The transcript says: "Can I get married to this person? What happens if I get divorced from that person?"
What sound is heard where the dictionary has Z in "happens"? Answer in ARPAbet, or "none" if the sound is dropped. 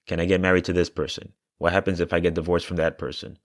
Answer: Z